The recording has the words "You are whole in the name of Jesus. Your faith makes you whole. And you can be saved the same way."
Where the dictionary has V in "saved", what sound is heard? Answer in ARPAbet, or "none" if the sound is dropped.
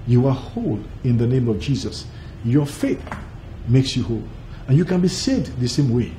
none